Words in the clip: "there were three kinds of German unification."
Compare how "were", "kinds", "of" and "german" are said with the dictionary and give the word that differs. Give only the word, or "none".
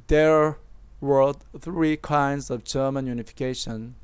none